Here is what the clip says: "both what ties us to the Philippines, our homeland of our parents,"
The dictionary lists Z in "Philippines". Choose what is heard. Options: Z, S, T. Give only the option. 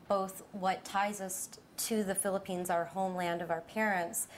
Z